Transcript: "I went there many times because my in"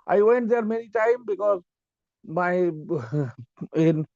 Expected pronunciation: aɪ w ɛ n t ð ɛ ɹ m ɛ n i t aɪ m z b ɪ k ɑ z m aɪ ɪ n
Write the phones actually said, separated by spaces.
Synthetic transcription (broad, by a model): aɪ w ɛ n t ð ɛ ɹ m ɛ n i t aɪ m b ɪ k ɑ z m aɪ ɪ n